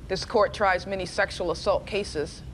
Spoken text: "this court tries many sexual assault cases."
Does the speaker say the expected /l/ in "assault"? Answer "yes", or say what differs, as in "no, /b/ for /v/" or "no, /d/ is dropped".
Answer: yes